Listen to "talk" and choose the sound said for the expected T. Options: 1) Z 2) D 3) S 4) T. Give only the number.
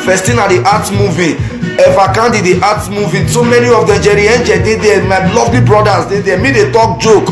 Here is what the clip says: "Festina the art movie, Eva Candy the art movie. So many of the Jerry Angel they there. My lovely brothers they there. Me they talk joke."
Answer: 4